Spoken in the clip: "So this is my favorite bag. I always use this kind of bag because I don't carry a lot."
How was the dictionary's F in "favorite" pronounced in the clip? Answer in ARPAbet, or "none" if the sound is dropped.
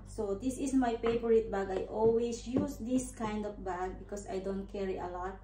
P